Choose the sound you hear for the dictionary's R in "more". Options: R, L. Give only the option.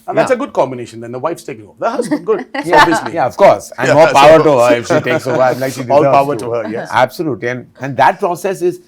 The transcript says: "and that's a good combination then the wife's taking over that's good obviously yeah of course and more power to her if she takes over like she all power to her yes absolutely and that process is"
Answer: L